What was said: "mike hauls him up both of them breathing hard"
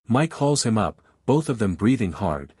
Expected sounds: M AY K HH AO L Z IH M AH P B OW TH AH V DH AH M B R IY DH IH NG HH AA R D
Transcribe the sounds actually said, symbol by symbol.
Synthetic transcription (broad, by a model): M AY K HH AO L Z IH M AH P B OW TH AH V DH AH M B R IY DH IH NG HH AA R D